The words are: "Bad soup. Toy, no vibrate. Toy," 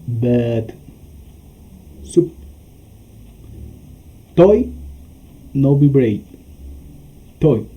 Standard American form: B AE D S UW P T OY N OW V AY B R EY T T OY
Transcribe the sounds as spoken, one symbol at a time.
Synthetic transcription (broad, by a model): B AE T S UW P T OY N OW B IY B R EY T T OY